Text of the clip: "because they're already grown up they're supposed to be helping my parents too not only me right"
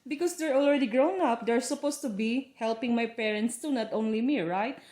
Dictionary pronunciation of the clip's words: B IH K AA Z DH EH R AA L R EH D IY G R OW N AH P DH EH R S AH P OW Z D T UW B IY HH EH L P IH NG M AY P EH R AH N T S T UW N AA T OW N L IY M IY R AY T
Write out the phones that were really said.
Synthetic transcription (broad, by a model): B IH K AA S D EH R AA L R EH D IY G R OW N AH P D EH R S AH P OW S T UW B IY HH EH L P IH NG M AY P EH R AH N T S T UW N AA T OW N L IY M IY R AY T